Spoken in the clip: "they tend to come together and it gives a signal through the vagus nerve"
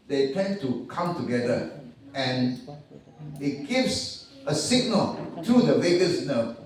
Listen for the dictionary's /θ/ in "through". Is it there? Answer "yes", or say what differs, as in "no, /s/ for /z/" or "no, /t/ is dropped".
no, /t/ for /θ/